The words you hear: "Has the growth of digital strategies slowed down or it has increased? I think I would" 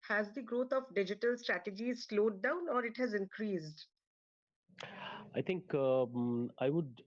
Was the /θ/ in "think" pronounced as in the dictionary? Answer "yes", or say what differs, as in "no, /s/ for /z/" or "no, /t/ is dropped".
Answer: no, /t/ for /θ/